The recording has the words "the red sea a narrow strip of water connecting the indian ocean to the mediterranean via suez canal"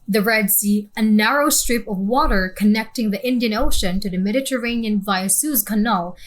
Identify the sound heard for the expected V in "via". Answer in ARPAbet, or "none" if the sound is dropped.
V